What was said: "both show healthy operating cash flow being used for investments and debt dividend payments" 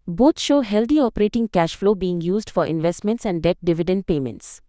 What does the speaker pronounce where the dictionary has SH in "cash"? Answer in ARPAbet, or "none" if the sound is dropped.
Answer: SH